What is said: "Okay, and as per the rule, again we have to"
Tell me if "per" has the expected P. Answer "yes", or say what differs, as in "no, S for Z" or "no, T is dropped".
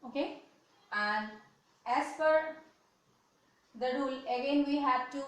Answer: no, F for P